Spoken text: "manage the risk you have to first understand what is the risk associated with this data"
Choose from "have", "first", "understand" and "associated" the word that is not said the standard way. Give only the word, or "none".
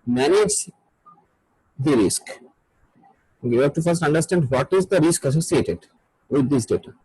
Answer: have